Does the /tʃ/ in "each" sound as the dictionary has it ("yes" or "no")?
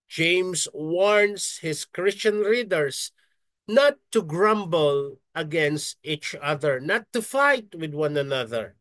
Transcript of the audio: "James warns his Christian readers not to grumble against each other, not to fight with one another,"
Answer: yes